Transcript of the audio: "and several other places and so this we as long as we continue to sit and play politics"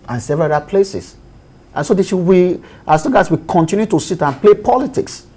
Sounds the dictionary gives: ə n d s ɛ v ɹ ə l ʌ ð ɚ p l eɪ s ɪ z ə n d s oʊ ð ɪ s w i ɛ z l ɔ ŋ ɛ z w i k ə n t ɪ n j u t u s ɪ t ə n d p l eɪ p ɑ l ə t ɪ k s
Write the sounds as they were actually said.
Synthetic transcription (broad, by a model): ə n s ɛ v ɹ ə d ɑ p l eɪ s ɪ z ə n s oʊ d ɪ ʃ w i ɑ s l ɔ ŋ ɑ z w i k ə n t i n j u t u s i t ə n p l eɪ p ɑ l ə t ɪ k s